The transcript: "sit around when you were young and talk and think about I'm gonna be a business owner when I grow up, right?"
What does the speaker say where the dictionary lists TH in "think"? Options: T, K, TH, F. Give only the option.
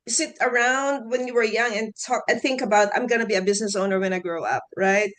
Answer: TH